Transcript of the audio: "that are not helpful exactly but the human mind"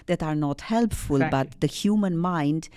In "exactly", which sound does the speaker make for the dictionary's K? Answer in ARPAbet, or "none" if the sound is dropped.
none